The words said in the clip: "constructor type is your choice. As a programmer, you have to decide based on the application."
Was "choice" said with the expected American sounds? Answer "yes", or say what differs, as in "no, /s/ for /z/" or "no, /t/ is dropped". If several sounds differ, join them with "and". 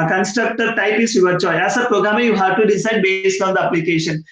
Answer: no, /s/ is dropped